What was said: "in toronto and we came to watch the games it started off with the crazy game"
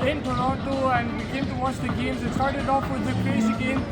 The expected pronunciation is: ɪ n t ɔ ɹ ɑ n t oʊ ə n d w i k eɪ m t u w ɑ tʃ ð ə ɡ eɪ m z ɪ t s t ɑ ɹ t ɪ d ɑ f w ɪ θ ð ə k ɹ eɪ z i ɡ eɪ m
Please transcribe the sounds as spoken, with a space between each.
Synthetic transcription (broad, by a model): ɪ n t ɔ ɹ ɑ t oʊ ə n d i k eɪ m t u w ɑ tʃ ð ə ɡ eɪ m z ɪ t s t ɑ ɹ t ɪ d ɑ f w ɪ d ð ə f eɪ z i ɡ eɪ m